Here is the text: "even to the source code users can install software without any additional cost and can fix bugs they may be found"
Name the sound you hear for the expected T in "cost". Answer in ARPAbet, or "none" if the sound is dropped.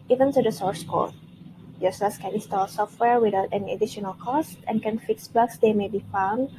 T